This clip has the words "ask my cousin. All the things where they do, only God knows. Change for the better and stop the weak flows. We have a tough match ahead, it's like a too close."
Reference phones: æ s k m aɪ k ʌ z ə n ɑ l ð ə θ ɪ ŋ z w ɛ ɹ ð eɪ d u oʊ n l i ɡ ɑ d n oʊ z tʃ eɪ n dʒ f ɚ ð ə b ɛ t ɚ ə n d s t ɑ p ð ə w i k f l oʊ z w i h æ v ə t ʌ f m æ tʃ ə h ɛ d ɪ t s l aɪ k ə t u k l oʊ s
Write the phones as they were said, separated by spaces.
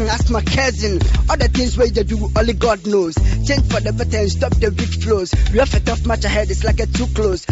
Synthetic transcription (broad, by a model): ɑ s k m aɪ k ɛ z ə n ɑ l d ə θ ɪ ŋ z w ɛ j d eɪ d u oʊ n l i ɡ ɑ d n oʊ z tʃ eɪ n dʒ f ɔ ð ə b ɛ t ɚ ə n s t ɑ p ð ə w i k f l oʊ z w i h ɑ f ə t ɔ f m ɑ tʃ ə h ɛ d ɪ t s l aɪ k ə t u k l oʊ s